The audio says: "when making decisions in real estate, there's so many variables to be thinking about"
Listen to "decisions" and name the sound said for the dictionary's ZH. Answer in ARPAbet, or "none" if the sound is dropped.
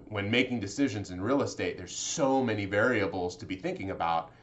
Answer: ZH